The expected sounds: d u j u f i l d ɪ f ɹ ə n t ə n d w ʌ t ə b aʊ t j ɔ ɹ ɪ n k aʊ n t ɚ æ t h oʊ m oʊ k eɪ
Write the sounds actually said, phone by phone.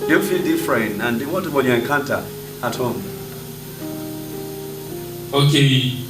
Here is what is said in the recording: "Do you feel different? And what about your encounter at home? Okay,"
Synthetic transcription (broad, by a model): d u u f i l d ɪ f ɹ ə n ə n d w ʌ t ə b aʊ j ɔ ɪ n k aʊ n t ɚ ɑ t h oʊ m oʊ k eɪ